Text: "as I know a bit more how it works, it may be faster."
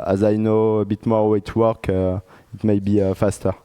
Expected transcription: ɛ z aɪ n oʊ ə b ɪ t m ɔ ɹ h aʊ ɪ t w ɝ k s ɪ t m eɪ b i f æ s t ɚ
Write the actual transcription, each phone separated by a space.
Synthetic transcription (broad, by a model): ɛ z aɪ n oʊ ə b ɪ t m ɔ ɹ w ɪ t w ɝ k ɪ t m eɪ b i f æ s t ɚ